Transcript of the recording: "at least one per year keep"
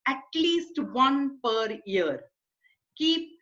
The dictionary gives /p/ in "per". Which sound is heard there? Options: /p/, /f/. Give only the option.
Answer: /p/